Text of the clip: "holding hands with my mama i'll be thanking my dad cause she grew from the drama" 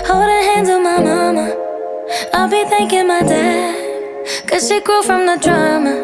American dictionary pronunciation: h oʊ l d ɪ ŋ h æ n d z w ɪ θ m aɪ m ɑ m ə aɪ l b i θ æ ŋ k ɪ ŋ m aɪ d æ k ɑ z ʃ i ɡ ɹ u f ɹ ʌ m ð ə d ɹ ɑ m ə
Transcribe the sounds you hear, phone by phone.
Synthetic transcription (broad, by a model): h oʊ l d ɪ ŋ h æ n d z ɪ m aɪ m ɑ m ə aɪ l b i θ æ ŋ k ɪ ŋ m aɪ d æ k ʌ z ʃ i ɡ ɹ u f ɹ ʌ m ð ə d ɹ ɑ m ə